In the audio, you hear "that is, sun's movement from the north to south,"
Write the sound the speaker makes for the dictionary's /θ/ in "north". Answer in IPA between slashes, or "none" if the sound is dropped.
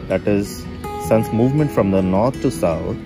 /t/